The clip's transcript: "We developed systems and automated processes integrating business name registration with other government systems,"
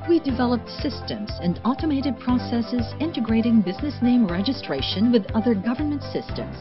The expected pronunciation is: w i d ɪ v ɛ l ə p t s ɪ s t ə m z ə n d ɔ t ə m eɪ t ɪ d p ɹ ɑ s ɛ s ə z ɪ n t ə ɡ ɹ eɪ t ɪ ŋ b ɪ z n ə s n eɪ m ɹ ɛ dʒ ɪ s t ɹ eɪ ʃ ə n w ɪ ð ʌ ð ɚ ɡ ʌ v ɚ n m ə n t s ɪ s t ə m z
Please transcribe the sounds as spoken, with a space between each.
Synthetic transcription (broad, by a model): w i d ɪ v ɛ l ə p t s ɪ s t ə m z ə n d ɔ t ə m eɪ t ɪ d p ɹ ɑ s ɛ s ə z ɪ n t ə ɡ ɹ eɪ t ɪ ŋ b ɪ z n ə s n eɪ m ɹ ɛ dʒ ɪ s t ɹ eɪ ʃ ə n w ɪ ð ʌ ð ɚ ɡ ʌ v ɚ n m ə n t s ɪ s t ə m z